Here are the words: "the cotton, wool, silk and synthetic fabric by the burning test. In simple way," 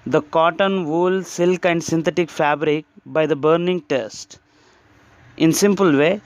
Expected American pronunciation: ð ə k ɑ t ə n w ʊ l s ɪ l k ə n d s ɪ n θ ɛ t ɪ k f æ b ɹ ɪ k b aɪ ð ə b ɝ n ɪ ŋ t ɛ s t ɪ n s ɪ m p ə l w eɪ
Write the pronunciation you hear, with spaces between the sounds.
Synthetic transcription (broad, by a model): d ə k ɑ t ə n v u l s ɪ l k ə n d s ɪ n t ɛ t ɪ k f æ b ɹ ɪ k b aɪ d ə b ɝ n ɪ ŋ t ɛ s t ɪ n s ɪ m p ə l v eɪ